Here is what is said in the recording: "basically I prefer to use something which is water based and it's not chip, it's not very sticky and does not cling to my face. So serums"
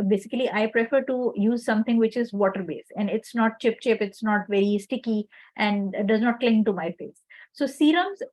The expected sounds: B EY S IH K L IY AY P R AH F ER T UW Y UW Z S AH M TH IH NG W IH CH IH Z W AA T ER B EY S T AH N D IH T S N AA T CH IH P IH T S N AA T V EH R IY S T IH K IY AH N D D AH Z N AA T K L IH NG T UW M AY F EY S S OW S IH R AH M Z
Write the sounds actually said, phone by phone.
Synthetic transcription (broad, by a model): B EY S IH K L IY AY P R AH F ER T UW Y UW Z S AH M T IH NG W IH CH IH Z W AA T ER B EY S AH N D IH T S N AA T CH IH P IH T S N AA T V EH R IY S T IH K IY AH N D D AH Z N AA T K L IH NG T UW M AY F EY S S OW S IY R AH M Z